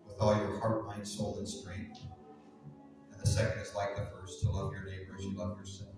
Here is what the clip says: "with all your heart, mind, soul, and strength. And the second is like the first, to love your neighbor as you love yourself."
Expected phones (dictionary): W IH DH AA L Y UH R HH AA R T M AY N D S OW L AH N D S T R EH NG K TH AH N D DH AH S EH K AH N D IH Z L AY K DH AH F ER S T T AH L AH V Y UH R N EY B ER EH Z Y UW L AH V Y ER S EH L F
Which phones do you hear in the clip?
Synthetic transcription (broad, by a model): W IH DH AA L Y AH R HH AA R T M AY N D S OW L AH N S T R EH NG K TH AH N DH AH S EH K AH N D IH Z L AY K DH AH F ER S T T AH L AH V Y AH R N EY B ER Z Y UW L AH V Y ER S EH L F